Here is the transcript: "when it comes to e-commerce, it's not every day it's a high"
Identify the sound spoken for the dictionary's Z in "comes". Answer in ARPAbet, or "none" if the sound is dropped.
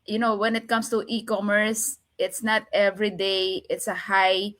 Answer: S